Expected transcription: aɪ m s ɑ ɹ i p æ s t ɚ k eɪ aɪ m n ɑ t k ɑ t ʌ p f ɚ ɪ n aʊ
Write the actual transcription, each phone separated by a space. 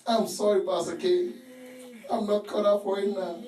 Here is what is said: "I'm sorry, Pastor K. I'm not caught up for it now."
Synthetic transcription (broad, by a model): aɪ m s ɑ ɹ i b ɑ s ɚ k eɪ aɪ m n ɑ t k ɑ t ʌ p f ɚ ɪ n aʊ